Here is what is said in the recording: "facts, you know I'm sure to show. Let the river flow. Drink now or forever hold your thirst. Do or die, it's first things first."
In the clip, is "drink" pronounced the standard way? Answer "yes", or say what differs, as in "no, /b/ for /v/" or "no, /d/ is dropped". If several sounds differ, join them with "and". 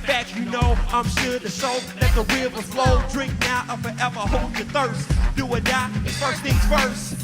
yes